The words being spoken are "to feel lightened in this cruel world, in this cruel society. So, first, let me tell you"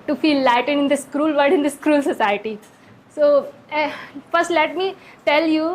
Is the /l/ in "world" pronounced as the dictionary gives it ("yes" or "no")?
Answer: no